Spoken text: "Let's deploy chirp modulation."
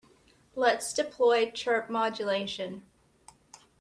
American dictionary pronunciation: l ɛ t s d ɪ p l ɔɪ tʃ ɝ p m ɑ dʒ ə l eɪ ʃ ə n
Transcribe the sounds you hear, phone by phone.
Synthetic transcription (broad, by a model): l ɛ t s d ɪ p l ɔɪ tʃ ɝ p m ɑ dʒ ə l eɪ ʃ ə n